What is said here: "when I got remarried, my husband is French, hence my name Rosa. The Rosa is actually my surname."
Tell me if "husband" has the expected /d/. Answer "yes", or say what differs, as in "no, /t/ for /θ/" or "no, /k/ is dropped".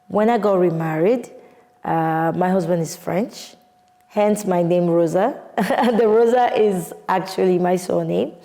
yes